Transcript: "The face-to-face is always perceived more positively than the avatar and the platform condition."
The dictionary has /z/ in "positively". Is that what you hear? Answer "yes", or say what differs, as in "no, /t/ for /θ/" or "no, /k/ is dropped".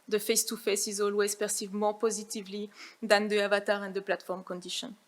yes